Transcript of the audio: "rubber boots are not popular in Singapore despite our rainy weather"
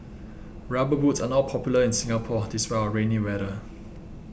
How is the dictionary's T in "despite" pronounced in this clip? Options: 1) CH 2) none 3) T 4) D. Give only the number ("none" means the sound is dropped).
2